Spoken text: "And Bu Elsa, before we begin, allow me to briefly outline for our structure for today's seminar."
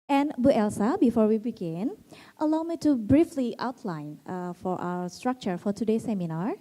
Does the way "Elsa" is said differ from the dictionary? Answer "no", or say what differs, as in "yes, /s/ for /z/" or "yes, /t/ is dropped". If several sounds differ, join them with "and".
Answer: no